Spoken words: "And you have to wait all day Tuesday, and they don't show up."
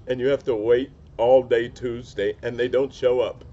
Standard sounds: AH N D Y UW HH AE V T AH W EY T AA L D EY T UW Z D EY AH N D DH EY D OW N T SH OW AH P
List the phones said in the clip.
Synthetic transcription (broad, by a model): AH N Y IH HH AE F T AH W EY T AA L D EY T UW Z D EY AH N DH EY D OW N T SH OW AH P